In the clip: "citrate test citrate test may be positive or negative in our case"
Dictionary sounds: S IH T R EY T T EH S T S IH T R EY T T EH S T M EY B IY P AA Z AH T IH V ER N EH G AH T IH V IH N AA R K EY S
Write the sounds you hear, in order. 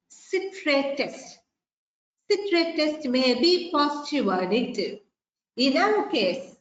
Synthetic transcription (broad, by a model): S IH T R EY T T EH S T S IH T R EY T T EH S T M EY B IY P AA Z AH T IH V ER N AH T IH IH N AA W K EY S